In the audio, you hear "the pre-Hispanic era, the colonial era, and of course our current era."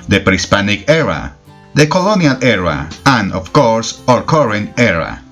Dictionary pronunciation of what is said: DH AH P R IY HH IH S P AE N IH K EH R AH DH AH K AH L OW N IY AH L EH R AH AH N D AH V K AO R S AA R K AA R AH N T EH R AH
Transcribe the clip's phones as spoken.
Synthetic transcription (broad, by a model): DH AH P R IY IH S P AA N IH K EH R AH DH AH K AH L OW N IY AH L EH R AH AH N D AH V K AO R S AA R K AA R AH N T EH R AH